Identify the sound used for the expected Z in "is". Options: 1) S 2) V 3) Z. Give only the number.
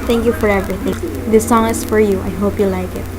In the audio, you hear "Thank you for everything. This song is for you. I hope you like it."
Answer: 1